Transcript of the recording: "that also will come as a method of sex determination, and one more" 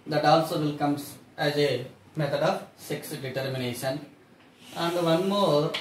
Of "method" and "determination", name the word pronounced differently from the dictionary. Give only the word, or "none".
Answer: method